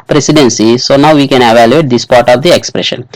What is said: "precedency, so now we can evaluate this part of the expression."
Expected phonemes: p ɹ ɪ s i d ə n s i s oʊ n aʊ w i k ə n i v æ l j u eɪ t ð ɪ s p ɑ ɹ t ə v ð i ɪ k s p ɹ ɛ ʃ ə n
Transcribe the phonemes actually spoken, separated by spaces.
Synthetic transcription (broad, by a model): p ɹ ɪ s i d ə n s i s oʊ n aʊ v i k ə n i v æ l j u eɪ t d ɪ s p ɑ ɹ t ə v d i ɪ k s p ɹ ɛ ʃ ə n